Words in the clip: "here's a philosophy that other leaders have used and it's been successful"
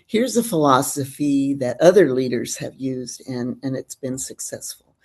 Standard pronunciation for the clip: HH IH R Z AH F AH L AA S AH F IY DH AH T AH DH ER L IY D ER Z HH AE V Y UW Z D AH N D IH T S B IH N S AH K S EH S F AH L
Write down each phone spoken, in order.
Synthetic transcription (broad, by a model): HH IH R Z AH F AH L AA S AH F IY DH AH T AH DH ER L IY D ER Z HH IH V Y UW Z D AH N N IH T S B IH N S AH K S EH S F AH L